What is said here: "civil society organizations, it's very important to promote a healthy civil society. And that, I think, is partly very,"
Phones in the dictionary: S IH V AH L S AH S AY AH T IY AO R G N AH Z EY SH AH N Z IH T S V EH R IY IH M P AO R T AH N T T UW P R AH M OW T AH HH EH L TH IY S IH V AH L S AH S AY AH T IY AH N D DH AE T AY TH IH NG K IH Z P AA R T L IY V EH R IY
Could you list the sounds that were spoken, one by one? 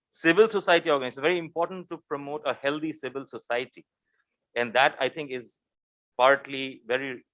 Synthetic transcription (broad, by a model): S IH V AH L S AH S AY AH T IY AO R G AH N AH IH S V EH R IY IH M P AO R T AH N T T UW P R AH M OW T AH HH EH L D IY S IH V AH L S AH S AY AH T IY AH N D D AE T AY T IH NG K IH Z P AA R T L IY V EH R IY